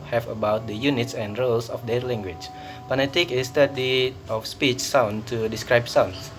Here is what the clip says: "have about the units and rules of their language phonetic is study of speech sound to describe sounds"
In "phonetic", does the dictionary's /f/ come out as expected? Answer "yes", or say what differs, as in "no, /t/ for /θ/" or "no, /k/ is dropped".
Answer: no, /p/ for /f/